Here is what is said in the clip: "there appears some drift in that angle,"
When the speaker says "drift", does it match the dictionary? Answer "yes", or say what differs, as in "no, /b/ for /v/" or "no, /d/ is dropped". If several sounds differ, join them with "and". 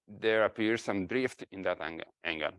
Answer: yes